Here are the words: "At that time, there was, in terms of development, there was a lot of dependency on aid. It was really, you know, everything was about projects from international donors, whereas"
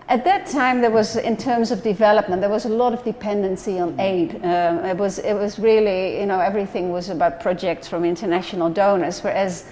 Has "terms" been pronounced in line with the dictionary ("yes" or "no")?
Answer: yes